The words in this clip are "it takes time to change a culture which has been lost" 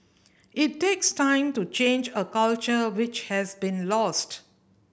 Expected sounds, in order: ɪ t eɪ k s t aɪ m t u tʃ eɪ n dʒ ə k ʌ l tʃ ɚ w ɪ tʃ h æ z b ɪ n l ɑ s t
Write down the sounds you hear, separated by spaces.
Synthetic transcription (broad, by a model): ɪ t eɪ k s t aɪ m t u tʃ eɪ n dʒ ə k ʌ l tʃ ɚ w ɪ tʃ h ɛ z b ɪ n l ɑ s t